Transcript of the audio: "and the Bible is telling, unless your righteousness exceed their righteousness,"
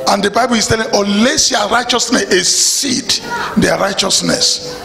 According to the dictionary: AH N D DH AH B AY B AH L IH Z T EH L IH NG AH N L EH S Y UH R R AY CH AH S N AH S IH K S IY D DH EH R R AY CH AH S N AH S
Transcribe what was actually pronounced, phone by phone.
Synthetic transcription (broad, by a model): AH N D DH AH B AY B AH L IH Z T EH L IH NG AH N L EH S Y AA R R AY CH AH S N AH S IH S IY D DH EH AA R AY CH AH S N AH S